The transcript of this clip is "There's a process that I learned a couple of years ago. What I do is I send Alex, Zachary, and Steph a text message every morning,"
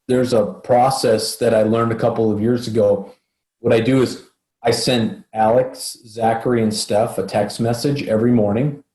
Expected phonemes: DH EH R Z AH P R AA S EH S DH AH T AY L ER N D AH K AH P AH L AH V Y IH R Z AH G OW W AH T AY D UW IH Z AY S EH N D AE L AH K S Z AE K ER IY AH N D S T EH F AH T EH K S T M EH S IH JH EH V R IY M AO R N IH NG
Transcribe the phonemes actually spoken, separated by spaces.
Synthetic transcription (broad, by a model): DH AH R Z AH P R AA S EH S DH AH T AY L ER N D AH K AH P L AH V Y IH R Z AH G OW W AH T AY D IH IH Z AY S EH N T AE L AH K S Z AE K ER IY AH N S T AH F AH T EH K S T M EH S IH JH EH V R IY M AO R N IH NG